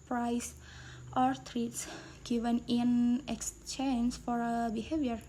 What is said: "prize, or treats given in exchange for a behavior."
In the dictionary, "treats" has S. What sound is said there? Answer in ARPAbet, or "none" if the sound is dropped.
S